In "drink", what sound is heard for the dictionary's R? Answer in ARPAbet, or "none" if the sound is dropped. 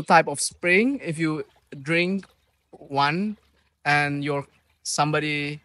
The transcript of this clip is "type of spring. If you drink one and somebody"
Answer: R